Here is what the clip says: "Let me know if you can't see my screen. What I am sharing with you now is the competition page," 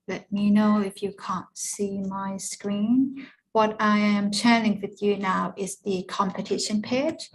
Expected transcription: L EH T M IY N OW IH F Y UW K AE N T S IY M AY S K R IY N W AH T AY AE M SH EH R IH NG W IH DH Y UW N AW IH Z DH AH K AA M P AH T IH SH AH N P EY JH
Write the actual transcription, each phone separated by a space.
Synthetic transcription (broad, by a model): L EH T M IY N OW IH F Y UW K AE N T S IY M AY S K R IY N W AH T AY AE M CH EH L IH NG W IH DH Y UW N AW IH Z DH AH K AA M P AH T IH SH AH N P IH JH